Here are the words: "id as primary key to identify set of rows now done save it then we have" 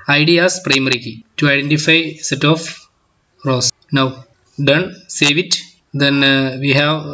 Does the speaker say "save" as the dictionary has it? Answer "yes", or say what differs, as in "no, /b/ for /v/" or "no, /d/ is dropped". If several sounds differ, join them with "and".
yes